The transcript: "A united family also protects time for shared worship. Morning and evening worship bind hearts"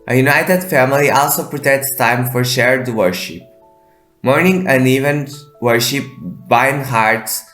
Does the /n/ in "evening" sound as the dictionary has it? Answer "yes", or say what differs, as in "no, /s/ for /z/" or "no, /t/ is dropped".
no, /n/ is dropped